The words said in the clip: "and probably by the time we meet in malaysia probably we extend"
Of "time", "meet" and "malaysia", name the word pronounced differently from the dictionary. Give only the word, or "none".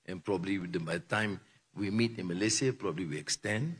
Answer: malaysia